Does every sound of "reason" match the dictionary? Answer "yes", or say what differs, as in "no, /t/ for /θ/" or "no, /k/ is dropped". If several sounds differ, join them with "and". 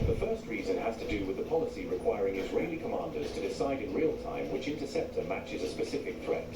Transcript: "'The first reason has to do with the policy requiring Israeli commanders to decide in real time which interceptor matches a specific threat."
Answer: yes